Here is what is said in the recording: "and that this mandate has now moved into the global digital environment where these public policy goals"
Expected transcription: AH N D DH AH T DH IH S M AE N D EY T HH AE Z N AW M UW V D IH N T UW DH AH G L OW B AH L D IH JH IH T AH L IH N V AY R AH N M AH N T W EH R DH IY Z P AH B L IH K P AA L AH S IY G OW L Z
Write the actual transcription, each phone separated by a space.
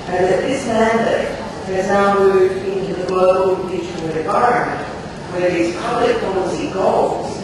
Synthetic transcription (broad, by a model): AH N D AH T DH IH S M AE N D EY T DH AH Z N AW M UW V IH N T UW DH AH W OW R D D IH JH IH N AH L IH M V AY R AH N M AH N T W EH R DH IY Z P AH B L IH K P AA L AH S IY G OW L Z